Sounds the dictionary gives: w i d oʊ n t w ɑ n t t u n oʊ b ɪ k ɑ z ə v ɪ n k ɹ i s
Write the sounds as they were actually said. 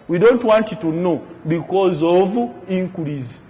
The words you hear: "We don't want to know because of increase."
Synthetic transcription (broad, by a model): w i d oʊ n t w ɑ n t t u n oʊ b ɪ k ɑ z ə v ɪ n k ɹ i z